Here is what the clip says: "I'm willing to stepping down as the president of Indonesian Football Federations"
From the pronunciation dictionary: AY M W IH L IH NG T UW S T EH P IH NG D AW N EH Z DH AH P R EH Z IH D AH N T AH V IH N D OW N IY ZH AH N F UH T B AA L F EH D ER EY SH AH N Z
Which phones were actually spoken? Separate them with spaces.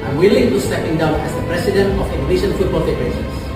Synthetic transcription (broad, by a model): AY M W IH L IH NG T UW S T EH P IH NG D AW N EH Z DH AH P R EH S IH D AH N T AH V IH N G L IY SH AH N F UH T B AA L F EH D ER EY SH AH N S